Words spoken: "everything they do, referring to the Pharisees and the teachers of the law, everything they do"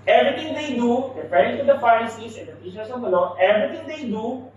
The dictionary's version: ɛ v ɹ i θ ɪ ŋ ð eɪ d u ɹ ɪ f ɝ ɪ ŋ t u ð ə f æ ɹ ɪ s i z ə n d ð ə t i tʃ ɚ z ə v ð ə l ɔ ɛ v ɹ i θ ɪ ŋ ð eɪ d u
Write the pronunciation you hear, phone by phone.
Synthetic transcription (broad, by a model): ɛ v ɹ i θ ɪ ŋ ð eɪ d u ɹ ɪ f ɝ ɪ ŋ t u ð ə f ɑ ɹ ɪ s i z ə n d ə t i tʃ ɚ s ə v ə n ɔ ɛ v ɹ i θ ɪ ŋ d eɪ d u